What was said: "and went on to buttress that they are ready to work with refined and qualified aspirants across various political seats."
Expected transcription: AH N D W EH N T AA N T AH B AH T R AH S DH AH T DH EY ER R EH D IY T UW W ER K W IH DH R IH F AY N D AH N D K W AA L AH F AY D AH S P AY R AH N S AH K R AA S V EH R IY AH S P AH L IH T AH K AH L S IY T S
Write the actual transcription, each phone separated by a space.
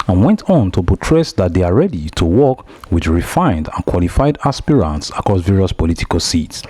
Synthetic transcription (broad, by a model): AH N W EH N T AA N T AH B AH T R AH S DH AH T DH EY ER R EH D IY T UW W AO K W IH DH R IH F AY N D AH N K W AA L AH F AY D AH S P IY R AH N S AH K R AA S V EH R IY AH S P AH L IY T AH K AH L S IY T S